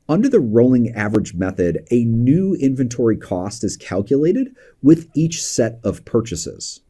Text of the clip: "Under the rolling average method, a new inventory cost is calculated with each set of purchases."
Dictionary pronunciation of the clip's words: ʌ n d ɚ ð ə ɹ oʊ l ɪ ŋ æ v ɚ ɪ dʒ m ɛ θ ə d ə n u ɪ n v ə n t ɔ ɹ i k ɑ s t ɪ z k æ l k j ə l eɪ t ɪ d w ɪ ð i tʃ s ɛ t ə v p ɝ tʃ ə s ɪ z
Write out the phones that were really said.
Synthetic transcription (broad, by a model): ʌ n d ɚ ð ə ɹ oʊ l ɪ ŋ æ v ɚ ɪ dʒ m ɛ θ ə d ə n u ɪ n v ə n t ɔ ɹ i k ɑ s t ɪ z k æ l k j ə l eɪ t ɪ d w ɪ ð i tʃ s ɛ t ə v p ɝ tʃ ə s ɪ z